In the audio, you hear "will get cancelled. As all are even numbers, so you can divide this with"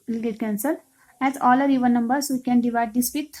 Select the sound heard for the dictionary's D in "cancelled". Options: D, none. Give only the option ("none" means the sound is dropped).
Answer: none